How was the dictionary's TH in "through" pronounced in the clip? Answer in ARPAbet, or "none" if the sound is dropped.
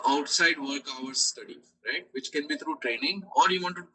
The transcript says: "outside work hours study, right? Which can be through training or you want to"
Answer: T